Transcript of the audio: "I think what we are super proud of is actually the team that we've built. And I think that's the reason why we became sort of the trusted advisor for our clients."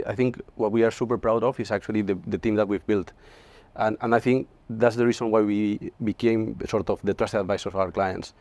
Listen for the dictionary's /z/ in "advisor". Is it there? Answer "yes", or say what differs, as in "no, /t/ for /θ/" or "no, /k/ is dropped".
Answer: no, /s/ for /z/